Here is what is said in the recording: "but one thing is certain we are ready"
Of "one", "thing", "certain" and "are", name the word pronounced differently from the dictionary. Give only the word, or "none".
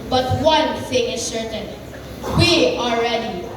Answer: are